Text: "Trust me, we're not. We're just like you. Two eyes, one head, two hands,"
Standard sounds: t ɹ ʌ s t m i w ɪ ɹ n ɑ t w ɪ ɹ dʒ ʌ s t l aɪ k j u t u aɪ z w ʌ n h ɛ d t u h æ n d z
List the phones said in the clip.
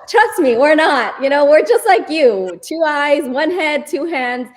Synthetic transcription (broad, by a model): t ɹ ʌ s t m i w ɪ ɹ n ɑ t w ɪ ɹ dʒ ʌ s t l aɪ k j u t u aɪ z w ʌ n h ɛ d t u h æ n d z